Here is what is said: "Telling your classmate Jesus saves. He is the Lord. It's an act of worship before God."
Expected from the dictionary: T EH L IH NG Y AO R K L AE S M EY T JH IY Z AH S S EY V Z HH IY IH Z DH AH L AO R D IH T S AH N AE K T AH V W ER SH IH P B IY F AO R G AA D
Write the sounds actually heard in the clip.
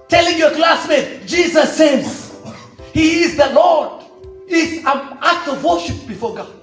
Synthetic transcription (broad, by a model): T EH L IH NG Y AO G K L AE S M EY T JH IY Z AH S S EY Z HH IY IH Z DH AH L AO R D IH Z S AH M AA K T AH V W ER SH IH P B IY F AO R G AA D